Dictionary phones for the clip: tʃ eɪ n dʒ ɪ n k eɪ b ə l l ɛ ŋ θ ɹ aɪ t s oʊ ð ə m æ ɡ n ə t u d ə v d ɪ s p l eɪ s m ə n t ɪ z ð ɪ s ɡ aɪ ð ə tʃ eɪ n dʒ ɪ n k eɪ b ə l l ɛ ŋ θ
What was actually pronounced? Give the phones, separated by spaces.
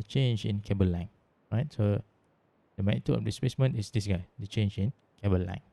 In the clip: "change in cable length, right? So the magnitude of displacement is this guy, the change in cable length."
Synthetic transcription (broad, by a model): tʃ eɪ n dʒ ɪ n k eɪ b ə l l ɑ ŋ ɹ aɪ t s oʊ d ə m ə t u ə f d ɪ s p l eɪ s m ə n t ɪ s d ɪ s ɡ aɪ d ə tʃ eɪ n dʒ ɪ n k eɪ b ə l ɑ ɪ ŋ